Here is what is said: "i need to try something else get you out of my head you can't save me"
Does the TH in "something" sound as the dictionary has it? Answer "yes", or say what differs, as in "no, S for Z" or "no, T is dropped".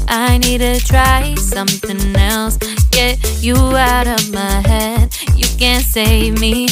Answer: yes